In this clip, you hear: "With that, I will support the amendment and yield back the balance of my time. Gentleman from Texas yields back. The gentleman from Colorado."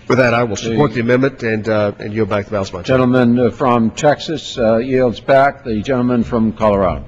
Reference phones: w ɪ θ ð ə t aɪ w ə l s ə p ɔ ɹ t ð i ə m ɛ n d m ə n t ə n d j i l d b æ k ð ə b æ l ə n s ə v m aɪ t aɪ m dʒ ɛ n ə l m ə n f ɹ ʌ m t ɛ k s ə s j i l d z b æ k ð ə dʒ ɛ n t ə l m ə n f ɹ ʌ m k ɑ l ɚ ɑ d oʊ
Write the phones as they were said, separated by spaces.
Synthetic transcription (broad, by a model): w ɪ ð ə t aɪ w ə l s ə p ɔ ɹ t ð i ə m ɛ n m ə n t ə n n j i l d b æ k ð ə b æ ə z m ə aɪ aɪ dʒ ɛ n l m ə n f ɹ ʌ m t ɛ k s ə s j i l d z b æ k ð ə dʒ ɛ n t l m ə n f ɹ ʌ m k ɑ l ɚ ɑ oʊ